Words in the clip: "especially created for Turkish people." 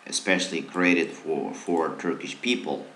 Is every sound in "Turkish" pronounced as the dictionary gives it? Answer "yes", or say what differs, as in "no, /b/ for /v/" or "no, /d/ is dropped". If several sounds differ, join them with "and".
yes